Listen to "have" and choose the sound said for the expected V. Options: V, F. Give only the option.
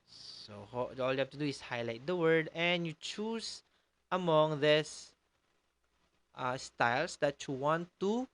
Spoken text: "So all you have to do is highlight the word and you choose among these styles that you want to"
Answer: F